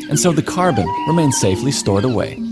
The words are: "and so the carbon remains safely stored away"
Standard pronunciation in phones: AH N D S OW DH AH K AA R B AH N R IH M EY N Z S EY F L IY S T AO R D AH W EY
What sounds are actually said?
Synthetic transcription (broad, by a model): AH N S OW DH AH K AA R B AH N R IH M EY N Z S EY F L IY S T AO R D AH W EY